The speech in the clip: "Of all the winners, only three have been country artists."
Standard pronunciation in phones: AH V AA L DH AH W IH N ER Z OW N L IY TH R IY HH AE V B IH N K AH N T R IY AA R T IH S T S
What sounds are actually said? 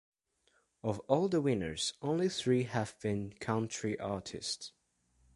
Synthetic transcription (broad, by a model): AH V AA L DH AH W IH N ER Z OW N L IY TH R IY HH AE V B IH N K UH N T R IY AA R T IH S T S